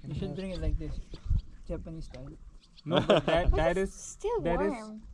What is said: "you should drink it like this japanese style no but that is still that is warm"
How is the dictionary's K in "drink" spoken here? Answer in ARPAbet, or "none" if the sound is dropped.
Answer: none